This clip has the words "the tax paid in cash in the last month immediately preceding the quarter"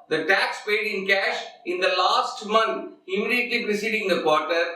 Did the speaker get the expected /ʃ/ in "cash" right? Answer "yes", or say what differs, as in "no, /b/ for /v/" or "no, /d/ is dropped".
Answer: yes